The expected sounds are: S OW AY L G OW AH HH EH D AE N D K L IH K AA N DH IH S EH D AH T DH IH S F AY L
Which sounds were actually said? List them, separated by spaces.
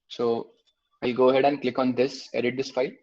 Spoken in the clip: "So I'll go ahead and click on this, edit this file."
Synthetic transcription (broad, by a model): S OW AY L G OW AH HH EH D AE N D K L IH K AA N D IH S EH D AH T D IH S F AY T